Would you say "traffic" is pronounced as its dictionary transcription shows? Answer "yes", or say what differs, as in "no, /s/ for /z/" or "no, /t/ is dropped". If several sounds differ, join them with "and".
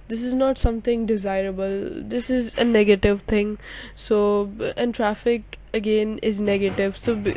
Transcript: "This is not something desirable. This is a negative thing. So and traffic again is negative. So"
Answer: yes